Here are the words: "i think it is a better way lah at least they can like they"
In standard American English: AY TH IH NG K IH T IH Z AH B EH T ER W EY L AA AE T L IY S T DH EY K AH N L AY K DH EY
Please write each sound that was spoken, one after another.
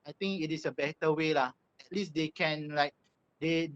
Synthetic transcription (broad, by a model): AY T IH NG K IH T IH S AH B EH T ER W EY L AA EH T L IY S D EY K AH N L AY K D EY